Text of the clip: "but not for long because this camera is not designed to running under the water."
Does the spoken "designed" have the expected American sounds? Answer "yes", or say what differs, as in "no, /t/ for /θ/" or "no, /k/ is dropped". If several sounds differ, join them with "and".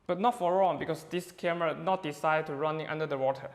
no, /s/ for /z/